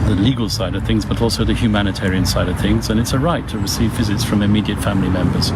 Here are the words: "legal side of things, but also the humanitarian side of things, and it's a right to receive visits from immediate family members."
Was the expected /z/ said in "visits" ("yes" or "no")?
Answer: yes